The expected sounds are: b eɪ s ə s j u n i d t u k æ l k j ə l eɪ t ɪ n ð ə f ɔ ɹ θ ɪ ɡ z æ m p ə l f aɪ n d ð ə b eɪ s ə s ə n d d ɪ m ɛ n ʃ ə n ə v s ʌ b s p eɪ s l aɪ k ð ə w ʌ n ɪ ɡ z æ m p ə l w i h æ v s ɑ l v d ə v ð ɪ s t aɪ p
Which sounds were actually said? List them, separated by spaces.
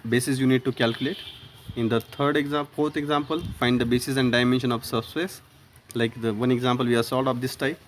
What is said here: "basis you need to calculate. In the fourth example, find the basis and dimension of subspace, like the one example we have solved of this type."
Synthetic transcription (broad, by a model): b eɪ s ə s j u n i d t u k æ l k j ə l eɪ t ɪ n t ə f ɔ ɹ t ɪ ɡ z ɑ m p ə l f aɪ n d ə b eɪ s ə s ə n d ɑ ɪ m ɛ n ʃ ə n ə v s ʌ s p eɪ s l aɪ k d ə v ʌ n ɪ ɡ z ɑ m p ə l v i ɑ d s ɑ l d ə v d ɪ s t aɪ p